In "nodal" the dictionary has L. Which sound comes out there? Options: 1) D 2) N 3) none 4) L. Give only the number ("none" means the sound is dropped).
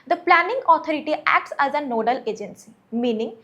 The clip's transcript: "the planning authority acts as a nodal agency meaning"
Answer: 4